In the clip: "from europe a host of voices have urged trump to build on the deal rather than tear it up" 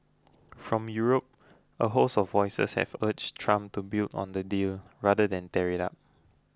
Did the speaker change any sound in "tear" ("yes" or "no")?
no